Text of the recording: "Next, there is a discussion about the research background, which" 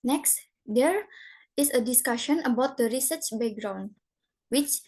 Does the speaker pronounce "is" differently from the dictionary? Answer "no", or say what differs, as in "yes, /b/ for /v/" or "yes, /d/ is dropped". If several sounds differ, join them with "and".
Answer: yes, /s/ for /z/